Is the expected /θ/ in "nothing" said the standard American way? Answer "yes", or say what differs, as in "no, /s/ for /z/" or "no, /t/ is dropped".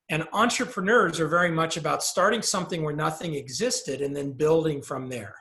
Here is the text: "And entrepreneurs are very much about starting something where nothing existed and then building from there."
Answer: yes